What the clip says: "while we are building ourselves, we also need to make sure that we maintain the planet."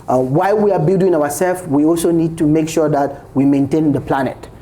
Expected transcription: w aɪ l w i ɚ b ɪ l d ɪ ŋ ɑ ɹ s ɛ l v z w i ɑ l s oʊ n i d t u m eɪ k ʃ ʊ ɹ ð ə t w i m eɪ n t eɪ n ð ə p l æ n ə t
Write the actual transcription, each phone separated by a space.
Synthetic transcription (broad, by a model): w aɪ l w i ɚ b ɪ l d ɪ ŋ ɑ w s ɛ l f w i ɑ l s oʊ n i d t u m eɪ k ʃ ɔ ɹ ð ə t w i m eɪ n t eɪ n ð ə p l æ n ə t